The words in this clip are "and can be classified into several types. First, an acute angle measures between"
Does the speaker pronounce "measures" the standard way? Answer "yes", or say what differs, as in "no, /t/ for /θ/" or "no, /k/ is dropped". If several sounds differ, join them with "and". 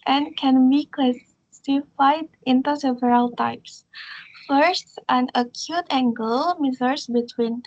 no, /z/ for /ʒ/ and /s/ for /z/